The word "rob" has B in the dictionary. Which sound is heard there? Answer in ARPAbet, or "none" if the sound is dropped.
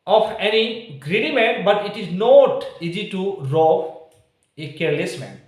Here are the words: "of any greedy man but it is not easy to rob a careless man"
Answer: none